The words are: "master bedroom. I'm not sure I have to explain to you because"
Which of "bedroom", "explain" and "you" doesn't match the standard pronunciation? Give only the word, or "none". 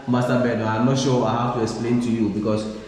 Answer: bedroom